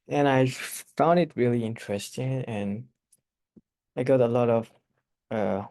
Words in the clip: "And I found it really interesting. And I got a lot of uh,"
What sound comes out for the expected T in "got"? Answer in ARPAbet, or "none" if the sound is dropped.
T